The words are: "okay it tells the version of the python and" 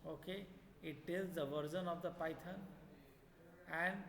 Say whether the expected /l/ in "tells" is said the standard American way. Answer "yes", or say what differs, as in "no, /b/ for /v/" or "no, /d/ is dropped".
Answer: no, /l/ is dropped